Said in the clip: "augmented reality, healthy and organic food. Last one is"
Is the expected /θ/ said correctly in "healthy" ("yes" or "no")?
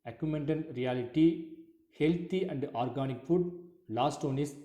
no